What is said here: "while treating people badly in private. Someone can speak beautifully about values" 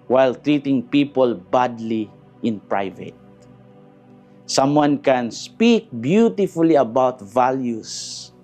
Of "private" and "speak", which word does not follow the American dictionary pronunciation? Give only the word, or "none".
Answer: none